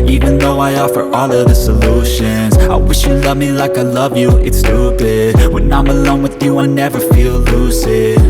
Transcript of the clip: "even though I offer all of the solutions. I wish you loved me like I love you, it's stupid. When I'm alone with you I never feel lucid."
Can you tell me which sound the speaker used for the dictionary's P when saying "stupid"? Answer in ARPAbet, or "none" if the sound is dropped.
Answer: B